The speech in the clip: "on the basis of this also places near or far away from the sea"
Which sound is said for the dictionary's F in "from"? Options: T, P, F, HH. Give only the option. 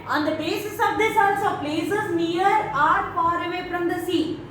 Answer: P